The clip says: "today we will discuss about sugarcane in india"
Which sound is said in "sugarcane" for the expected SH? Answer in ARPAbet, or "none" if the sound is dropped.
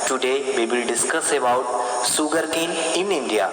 S